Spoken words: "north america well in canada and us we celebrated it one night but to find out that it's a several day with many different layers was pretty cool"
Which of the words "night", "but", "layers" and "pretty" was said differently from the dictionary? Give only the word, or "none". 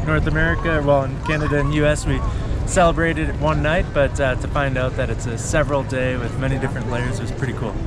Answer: none